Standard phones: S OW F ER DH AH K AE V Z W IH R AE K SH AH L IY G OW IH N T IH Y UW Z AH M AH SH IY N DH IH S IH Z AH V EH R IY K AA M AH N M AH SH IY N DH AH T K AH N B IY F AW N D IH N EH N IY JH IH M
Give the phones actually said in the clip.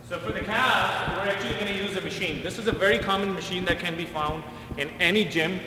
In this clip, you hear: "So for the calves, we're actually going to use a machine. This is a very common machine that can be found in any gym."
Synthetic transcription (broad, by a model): S OW F ER DH AH K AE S W IH R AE K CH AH L IY G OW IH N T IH Y UW Z AH M AH SH IY N DH IH S IH Z AH V EH R IY K AA M AH N M AH SH IY N DH AH T K AH N B IY F AW N D IH N EH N IY JH IH M